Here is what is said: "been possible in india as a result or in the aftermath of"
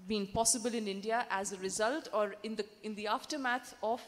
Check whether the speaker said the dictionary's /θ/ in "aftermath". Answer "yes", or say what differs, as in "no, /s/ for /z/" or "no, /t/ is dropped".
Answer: no, /t/ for /θ/